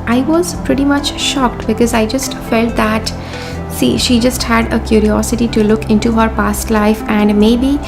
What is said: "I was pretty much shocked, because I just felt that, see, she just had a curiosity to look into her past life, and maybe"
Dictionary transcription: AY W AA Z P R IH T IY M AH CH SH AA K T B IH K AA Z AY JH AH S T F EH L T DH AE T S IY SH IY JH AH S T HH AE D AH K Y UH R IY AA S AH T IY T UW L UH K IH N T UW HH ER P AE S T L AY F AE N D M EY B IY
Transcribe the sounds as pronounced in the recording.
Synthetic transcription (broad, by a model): AY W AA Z P R IH T IY M AH CH SH AA K T B IH K AA Z AY JH AH S T F EH L T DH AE T S IY SH IY JH AH S T HH AE D AH K Y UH R IY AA S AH T IY T UW L UH K IH N T UW HH ER P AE S T L AY F AE N D M EY B IY